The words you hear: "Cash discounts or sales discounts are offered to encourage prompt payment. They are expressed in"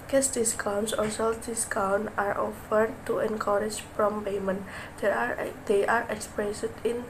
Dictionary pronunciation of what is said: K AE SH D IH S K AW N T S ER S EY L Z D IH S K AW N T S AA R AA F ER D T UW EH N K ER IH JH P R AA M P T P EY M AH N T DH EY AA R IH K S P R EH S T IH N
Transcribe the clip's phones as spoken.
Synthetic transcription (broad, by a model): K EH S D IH S K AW N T S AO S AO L D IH S K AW N AA R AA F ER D T UW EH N K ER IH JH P R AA M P P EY M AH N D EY AA R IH K S P R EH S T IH N